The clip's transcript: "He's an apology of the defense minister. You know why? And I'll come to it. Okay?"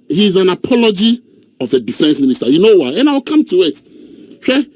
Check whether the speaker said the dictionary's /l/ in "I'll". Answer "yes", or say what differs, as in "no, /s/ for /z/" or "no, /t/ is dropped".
no, /w/ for /l/